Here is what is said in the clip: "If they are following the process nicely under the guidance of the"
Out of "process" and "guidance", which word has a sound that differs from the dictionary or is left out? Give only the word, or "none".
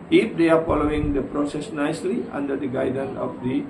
guidance